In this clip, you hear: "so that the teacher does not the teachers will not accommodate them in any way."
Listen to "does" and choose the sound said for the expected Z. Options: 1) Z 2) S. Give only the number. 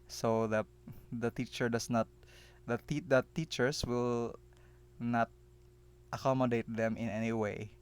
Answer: 2